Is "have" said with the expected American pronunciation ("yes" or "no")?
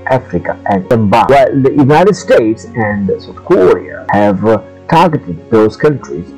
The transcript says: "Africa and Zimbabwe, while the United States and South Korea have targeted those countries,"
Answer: yes